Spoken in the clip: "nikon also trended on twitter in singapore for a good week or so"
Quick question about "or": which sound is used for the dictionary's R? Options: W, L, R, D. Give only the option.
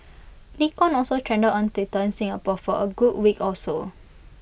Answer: L